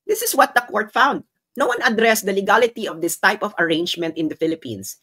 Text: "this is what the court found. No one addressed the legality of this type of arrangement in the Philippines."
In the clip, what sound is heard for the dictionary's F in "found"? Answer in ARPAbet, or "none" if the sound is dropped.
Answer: F